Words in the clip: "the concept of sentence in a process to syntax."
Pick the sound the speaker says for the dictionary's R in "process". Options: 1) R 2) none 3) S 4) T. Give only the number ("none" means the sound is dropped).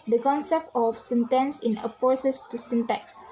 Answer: 2